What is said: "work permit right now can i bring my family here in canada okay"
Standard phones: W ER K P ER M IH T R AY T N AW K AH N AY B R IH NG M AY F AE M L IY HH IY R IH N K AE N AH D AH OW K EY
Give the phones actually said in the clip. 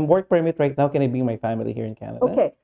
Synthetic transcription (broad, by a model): W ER K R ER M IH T R AY T N AW K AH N AY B IY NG M AY F AE M L IY HH IY R IH N K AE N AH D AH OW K EY